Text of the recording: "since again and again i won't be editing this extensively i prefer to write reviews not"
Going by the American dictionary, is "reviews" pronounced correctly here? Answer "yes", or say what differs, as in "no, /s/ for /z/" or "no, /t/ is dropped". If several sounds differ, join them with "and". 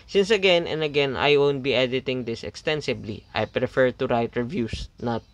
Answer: no, /s/ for /z/